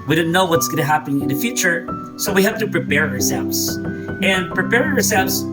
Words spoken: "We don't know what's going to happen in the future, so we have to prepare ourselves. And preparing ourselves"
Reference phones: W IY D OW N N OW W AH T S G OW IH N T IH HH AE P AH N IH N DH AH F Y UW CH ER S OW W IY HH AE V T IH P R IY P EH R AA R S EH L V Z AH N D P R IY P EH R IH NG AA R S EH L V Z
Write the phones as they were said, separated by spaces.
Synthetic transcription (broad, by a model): W IY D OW N N OW W AH T S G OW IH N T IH HH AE P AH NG IH N DH AH F Y UW CH ER S OW W IY HH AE F T IH P R IY P EH R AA R S EH L V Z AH N P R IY P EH R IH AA R S EH L V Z